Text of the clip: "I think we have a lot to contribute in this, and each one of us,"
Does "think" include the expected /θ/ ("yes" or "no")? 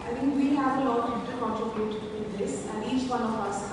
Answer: no